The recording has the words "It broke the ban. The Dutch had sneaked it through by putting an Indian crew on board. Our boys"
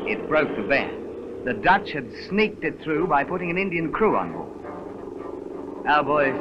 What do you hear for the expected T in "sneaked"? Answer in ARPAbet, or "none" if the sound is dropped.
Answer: T